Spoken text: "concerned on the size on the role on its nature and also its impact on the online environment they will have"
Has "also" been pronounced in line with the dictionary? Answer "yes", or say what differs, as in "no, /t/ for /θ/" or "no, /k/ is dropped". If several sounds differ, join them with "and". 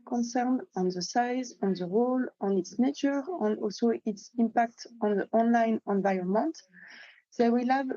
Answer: yes